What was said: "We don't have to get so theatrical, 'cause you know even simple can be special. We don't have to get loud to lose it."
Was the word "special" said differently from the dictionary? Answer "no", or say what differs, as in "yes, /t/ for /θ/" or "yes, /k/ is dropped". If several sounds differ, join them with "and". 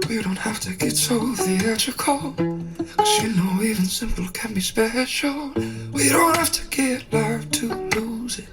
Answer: yes, /n/ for /l/